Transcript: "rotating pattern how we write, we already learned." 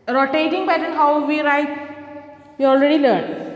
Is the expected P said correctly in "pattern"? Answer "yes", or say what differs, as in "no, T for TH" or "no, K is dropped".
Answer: no, B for P